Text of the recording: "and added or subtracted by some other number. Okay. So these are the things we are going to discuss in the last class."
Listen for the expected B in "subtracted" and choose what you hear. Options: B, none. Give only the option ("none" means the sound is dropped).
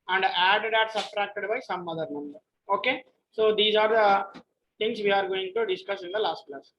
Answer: none